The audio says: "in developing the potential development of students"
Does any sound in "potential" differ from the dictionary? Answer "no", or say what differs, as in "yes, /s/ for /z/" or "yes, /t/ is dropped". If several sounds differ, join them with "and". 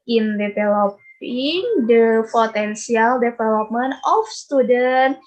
yes, /s/ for /ʃ/